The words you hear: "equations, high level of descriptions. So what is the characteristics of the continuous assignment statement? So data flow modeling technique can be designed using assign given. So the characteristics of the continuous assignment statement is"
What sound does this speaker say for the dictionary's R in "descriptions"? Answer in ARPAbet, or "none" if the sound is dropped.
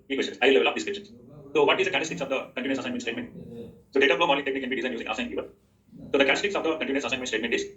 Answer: none